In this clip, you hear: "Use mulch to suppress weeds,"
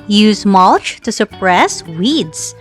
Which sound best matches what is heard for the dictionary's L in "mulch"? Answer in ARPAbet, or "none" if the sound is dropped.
L